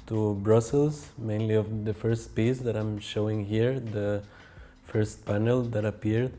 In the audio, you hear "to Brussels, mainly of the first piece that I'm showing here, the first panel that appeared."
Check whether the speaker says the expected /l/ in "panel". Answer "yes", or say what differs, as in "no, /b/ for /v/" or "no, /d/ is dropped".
yes